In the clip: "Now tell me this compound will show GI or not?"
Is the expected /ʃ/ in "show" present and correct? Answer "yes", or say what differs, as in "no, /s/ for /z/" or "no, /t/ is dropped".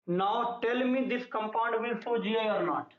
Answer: no, /s/ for /ʃ/